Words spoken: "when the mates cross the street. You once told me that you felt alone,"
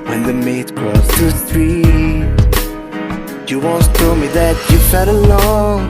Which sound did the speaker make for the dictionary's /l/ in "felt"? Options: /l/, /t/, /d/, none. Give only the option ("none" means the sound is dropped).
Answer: none